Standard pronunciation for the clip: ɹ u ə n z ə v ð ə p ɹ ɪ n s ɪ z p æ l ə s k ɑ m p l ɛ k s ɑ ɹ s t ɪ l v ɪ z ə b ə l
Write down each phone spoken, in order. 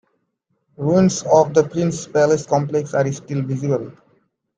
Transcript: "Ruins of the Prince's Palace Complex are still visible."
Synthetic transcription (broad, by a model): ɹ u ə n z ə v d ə p ɹ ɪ n s p æ l ə s k ɑ m p l ɛ k s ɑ ɹ s t ɪ l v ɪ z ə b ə l